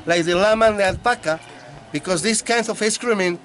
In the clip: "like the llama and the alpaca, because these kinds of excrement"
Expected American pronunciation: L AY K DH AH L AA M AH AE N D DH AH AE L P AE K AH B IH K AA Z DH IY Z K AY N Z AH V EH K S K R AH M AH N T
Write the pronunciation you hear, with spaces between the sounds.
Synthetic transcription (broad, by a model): L AY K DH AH L AA M AH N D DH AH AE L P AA K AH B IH K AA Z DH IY S K AY N S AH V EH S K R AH M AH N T